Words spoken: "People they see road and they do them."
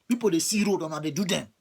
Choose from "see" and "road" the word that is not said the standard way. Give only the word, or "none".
none